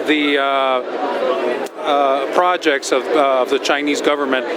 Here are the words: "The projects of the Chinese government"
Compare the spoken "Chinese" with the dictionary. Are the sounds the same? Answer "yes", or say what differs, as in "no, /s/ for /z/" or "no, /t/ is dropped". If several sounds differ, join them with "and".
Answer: yes